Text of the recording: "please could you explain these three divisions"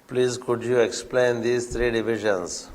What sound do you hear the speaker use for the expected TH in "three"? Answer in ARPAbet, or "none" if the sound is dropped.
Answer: T